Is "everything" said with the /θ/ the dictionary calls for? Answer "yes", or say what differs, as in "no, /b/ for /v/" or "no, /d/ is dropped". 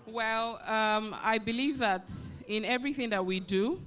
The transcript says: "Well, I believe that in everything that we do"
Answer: yes